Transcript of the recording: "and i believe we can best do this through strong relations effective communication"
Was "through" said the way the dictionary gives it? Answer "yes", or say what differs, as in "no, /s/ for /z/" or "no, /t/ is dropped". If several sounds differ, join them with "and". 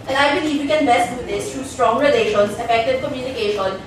no, /t/ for /θ/